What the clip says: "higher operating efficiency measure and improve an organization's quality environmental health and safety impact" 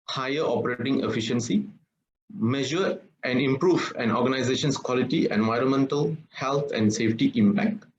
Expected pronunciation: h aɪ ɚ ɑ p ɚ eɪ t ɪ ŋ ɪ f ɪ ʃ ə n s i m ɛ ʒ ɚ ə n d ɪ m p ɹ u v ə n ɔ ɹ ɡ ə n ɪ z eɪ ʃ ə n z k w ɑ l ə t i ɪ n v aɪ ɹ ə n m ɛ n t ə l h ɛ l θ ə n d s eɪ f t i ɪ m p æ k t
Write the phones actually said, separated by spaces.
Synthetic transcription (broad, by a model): h aɪ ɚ ɑ p ɚ eɪ t ɪ ŋ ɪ f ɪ ʃ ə n s i m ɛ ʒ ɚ ə n d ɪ m p ɹ u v ə n ɔ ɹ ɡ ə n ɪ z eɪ ʃ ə n s k w ɑ l ə t i ɪ n v aɪ ɹ ə n m ɛ n t ə l h ɛ l t ə n d s eɪ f t i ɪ m p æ k t